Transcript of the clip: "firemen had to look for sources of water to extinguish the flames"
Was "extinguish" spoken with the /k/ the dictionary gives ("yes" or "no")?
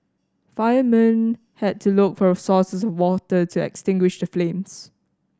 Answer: yes